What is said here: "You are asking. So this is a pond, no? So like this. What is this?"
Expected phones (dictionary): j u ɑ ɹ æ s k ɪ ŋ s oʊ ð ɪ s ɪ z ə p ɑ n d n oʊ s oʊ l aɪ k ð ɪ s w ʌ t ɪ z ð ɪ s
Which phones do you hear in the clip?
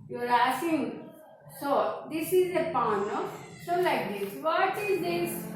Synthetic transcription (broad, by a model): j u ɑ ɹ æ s ɪ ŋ s oʊ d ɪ s ɪ z ə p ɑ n n oʊ s oʊ l aɪ k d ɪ s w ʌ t ɪ z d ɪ s